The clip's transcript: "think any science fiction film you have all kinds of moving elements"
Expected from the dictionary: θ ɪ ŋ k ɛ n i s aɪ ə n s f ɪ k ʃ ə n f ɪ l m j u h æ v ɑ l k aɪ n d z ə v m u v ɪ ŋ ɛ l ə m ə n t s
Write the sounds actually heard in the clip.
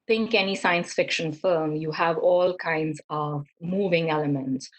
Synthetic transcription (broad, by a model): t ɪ ŋ k ɛ n i s aɪ ə n s f ɪ k ʃ ə n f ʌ m j u h æ v ɑ l k aɪ n d z ə v m u v ɪ ŋ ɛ l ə m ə n t s